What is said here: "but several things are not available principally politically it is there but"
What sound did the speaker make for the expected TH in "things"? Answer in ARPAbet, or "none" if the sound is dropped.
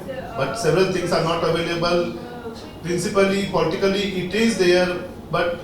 T